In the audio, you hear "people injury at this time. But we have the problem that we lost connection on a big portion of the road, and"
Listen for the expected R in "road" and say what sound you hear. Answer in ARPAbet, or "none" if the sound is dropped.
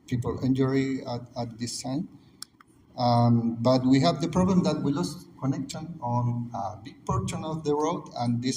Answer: W